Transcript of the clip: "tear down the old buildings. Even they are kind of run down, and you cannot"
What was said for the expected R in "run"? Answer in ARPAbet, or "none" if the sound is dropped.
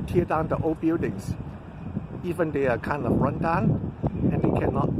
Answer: R